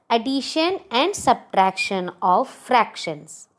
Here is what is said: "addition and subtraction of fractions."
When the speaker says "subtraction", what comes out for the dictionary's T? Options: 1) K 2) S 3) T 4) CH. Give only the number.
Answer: 3